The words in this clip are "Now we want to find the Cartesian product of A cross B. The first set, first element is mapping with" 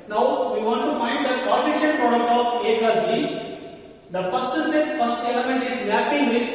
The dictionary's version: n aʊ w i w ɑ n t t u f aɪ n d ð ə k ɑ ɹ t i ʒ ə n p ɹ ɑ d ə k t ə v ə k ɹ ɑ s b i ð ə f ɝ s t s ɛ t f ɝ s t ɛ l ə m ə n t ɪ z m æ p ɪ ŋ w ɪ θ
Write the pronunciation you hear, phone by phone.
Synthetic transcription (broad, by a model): n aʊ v i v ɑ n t t u f aɪ n d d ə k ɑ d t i ʃ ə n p ɹ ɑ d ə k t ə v ə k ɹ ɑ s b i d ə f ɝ s t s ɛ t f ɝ s t ɛ l ə m ə n t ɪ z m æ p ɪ ŋ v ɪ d